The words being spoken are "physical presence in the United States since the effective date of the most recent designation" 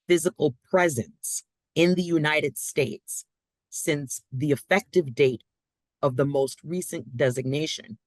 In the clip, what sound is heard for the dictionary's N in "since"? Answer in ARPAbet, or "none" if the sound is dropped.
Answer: N